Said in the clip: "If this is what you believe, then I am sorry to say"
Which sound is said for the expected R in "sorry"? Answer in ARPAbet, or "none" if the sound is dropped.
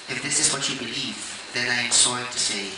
none